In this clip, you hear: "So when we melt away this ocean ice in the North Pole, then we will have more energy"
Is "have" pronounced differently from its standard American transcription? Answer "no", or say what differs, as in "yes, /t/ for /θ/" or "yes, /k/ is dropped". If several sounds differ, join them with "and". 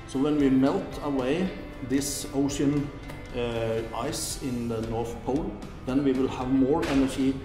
no